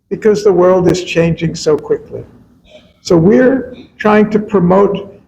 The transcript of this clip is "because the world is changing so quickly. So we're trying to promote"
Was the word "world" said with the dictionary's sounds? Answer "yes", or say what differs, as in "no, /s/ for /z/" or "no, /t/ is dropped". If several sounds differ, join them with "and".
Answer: yes